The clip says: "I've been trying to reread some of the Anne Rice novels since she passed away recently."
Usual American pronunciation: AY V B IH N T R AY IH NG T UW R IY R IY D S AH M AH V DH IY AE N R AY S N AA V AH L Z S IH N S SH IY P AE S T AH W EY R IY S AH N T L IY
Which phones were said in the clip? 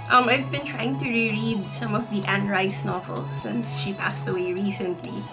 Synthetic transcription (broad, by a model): AY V B IH N T R AY IH NG T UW R IY R IY D S AH M AH V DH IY AE N R AY S N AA V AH L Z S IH N S SH IY P AE S T AH W EY R IY S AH N T L IY